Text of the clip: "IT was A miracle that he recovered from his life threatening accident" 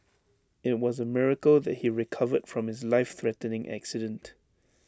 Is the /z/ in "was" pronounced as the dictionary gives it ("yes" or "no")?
yes